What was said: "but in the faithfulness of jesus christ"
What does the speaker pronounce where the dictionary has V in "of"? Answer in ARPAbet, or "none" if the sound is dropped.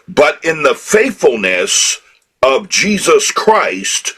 V